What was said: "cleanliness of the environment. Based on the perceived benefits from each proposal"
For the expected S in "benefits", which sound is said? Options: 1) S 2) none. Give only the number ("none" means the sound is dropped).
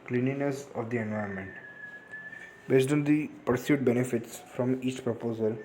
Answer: 1